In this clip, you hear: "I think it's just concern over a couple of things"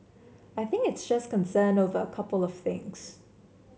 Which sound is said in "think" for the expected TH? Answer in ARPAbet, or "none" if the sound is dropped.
TH